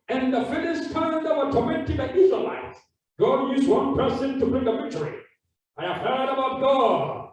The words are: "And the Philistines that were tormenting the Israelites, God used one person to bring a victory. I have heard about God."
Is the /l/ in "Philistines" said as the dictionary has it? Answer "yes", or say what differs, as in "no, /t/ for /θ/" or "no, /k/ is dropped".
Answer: no, /n/ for /l/